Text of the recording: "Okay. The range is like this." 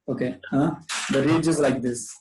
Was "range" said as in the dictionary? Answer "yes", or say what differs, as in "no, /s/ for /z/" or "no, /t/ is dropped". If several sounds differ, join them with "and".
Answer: no, /n/ is dropped